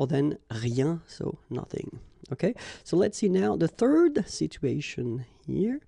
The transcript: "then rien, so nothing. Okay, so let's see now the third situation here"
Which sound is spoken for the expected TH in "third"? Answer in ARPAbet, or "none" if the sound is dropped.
TH